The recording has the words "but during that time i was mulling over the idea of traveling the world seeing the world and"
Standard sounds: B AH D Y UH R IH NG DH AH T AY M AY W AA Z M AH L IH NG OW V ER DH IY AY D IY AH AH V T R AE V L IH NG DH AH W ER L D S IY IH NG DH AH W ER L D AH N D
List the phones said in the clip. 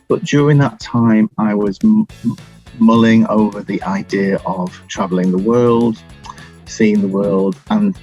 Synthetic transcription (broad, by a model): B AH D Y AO R IH NG DH AH T AY M AY W AA Z M AH L IH NG OW V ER DH IY AY D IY AH AH V T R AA V L IH NG DH AH W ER L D S IY IH NG DH AH W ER L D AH N